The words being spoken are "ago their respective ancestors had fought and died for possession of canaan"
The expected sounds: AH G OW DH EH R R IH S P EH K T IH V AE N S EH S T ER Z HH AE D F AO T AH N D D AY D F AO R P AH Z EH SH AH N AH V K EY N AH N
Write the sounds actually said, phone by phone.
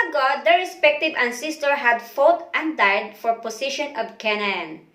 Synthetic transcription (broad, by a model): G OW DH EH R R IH S P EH K T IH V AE N S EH S T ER HH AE D F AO T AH N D D AY D F AO R P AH S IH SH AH N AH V K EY N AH N